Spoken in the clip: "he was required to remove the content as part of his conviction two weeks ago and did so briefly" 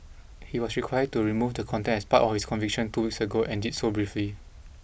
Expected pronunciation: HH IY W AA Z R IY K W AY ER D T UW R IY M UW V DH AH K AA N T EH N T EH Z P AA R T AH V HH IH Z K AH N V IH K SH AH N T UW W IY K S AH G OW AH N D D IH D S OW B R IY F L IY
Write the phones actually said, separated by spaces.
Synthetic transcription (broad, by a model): HH IY W AA S R IY K W AY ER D T UW R IY M UW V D AH K AA N T EH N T EH S P AA T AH F HH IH S K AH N V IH K SH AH N T UW W IY K S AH G OW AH N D D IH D S OW B R IY F L IY